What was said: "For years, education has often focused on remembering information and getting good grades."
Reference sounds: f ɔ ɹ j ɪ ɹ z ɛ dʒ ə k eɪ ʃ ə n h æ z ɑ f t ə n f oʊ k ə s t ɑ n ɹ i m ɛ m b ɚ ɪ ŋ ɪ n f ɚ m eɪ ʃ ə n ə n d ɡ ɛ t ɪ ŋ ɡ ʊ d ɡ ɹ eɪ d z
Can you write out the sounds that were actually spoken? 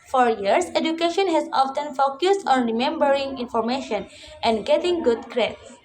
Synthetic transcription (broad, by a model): f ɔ ɹ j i ɹ s ɛ dʒ ə k eɪ ʃ ə n h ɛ s ɑ f t ə n f oʊ k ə s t ɑ n ɹ i m ɛ m b ɚ ɪ ŋ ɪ n f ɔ m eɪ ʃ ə n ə n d ɡ ɛ t ɪ ŋ ɡ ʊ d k ɹ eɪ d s